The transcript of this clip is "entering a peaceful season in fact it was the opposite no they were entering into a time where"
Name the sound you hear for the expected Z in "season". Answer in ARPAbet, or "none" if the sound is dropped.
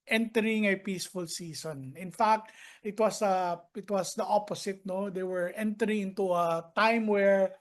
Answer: S